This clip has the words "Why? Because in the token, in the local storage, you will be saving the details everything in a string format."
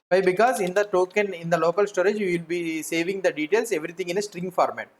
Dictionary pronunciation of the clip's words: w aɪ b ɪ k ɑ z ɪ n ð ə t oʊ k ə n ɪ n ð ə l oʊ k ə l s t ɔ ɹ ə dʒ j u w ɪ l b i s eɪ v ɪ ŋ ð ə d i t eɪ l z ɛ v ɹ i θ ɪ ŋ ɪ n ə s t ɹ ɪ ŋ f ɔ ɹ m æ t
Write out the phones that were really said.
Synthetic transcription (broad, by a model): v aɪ b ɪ k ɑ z ɪ n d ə t oʊ k ə n ɪ n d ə l oʊ k ə l s t ɔ ɹ ə dʒ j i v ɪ l b i s eɪ v ɪ ŋ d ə d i t eɪ l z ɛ v ɹ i t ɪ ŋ ɪ n ə s t ɹ ɪ ŋ f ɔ ɹ m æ t